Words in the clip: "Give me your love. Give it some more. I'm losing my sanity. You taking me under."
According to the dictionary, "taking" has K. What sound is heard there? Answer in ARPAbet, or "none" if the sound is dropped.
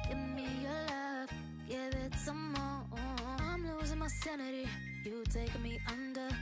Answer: none